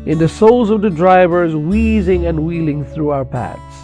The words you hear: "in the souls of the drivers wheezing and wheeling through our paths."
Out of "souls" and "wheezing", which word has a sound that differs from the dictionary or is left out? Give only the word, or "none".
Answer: none